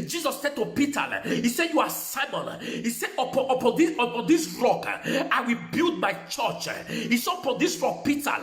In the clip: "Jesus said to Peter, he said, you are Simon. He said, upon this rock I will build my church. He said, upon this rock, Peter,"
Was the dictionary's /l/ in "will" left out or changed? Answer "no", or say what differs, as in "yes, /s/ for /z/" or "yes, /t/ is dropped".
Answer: no